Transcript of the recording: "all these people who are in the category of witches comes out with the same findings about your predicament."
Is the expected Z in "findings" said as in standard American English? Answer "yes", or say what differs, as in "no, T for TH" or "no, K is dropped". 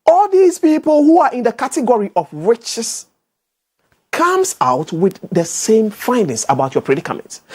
no, S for Z